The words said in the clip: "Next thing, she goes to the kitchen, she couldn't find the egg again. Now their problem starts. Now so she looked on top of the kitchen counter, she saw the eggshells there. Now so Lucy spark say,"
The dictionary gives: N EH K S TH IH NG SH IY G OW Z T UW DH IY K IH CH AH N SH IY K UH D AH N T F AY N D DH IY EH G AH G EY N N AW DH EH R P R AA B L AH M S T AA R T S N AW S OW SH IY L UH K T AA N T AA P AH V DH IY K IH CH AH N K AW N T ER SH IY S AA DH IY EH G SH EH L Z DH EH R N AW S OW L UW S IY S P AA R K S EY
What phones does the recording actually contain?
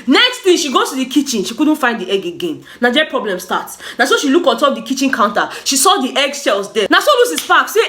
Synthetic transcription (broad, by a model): N EH K S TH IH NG SH IY G OW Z T UW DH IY K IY CH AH N SH IY K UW D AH N T F AY N D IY EH G AH G EY N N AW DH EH P R AA B L AH M S T AA T S N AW S OW SH IY L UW K AA N T AA P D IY K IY CH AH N K AW N T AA SH IY S AA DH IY EH G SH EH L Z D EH N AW S OW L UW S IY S F AA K S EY